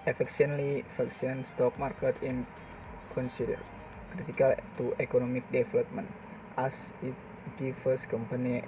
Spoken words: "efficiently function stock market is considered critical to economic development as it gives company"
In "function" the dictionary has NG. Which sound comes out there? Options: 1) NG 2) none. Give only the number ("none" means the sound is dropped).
2